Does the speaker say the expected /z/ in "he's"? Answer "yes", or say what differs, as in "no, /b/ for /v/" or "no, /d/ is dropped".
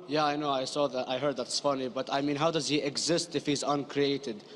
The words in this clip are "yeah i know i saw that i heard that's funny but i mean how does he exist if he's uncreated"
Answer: yes